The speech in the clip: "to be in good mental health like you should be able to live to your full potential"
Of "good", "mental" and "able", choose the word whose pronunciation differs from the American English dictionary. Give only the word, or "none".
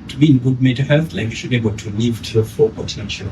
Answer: mental